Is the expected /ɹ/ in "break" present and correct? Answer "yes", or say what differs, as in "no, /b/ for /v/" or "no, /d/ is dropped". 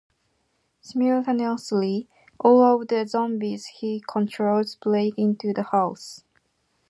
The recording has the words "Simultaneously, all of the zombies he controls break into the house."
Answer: no, /l/ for /ɹ/